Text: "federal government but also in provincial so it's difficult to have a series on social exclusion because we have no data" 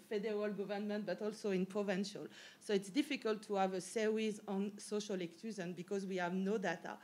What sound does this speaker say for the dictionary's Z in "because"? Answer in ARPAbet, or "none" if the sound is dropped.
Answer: Z